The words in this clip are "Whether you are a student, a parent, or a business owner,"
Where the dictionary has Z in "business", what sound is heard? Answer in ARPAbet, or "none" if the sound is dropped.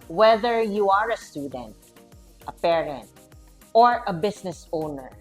S